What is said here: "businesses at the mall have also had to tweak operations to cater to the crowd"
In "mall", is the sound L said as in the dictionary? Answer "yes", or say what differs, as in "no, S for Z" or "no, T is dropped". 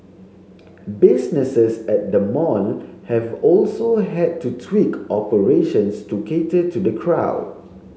no, N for L